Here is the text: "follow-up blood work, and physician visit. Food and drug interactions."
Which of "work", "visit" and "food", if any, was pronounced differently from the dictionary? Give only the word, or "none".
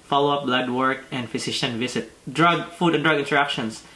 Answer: visit